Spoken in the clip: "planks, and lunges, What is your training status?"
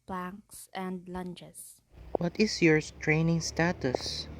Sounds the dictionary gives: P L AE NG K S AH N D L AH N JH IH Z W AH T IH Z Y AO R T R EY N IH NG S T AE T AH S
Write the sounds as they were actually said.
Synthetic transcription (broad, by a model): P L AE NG K S AH N D L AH N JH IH S W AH T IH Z Y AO R T R EY N IH NG S T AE T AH S